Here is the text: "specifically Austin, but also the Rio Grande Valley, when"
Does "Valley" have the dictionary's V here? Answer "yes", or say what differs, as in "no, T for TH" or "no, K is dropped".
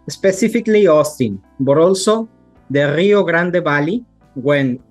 no, B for V